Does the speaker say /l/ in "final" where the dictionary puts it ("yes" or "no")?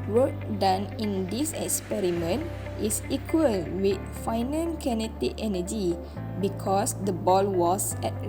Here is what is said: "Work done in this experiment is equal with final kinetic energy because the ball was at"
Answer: no